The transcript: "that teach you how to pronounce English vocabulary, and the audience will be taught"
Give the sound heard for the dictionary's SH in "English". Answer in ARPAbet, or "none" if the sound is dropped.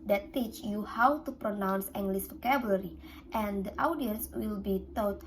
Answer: S